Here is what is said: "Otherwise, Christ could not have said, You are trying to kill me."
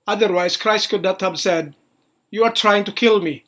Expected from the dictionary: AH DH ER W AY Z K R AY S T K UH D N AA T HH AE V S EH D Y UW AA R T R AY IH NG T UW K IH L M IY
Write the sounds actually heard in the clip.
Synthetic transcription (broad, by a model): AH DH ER W AY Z K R AY S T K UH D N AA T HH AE B S EH D Y UW AA R T R AY IH NG T UW K IH L M IY